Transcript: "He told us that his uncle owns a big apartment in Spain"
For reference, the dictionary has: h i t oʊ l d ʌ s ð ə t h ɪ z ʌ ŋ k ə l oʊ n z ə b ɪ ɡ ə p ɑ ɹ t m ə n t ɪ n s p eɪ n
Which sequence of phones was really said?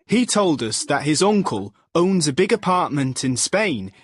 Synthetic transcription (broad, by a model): h i t oʊ l d ʌ s ð ə t h ɪ z ʌ ŋ k ə l oʊ n z ə b ɪ ɡ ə p ɑ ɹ t m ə n t ɪ n s p eɪ n